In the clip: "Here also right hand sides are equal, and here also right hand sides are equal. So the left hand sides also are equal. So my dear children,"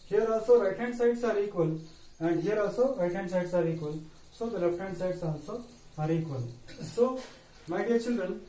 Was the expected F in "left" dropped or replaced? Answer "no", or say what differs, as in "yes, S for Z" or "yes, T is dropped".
yes, P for F